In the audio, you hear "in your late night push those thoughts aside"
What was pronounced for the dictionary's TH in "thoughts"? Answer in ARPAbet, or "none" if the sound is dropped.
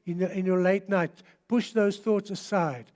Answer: TH